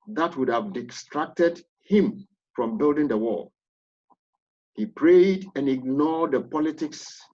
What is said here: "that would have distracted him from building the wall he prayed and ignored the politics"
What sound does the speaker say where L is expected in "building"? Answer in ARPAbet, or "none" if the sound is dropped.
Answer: L